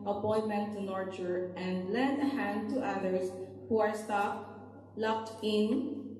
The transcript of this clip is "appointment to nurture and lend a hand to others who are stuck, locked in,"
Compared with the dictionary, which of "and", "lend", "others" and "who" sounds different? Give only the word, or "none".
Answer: others